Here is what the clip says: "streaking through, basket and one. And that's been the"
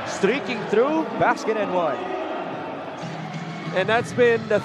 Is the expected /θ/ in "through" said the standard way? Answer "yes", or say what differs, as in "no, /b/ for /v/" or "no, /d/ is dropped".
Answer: yes